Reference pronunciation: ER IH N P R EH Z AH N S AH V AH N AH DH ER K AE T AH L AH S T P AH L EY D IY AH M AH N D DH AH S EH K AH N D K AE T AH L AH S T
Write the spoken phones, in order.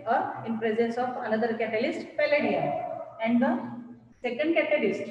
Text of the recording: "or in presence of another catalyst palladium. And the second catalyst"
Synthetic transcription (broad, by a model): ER IH N P R EH Z AH N S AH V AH N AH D ER K AE T AH L AH S T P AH L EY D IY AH AH N D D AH S EH K AH N D K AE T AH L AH S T